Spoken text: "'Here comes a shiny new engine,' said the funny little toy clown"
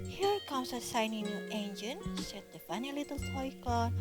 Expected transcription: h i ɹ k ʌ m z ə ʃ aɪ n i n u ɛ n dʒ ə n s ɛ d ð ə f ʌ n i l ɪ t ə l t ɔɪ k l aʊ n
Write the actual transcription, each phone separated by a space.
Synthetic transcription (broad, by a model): h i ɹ k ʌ m s ə s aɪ n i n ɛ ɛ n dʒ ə n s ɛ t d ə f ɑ n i l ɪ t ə l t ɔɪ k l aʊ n